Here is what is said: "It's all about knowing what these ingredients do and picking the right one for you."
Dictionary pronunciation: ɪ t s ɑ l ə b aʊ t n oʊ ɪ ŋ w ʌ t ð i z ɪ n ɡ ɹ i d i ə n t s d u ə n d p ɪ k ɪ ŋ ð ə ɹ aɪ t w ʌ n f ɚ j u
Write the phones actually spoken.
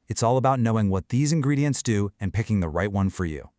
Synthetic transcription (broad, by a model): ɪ t s ɑ l ə b aʊ t n oʊ ɪ ŋ w ʌ t ð i z ɪ n ɡ ɹ i d i ə n t s d u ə n p ɪ k ɪ ŋ ð ə ɹ aɪ t w ʌ n f ɚ j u